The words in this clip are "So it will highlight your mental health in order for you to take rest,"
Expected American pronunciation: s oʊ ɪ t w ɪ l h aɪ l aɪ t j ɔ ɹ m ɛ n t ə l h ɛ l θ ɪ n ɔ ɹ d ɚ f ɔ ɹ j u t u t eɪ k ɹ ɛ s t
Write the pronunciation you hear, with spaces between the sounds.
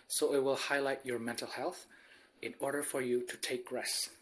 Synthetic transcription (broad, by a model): s oʊ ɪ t w ɪ l h aɪ l aɪ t j ɔ ɹ m ɛ n t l h ɛ l θ ɪ n ɔ ɹ d ɚ f ɔ ɹ j u t u t eɪ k ɹ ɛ s